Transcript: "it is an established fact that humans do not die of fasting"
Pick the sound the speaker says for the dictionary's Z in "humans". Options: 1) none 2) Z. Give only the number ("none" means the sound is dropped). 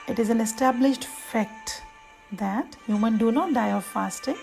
1